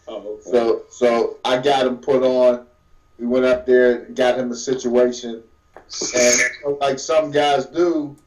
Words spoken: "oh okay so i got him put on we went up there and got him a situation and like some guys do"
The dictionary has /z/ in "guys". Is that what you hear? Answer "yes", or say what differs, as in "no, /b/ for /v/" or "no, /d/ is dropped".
yes